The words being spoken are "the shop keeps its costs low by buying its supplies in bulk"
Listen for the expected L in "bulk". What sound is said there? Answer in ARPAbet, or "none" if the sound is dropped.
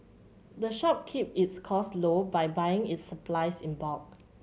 none